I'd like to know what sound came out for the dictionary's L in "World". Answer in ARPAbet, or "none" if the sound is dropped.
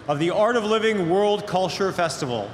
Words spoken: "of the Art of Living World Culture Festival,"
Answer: L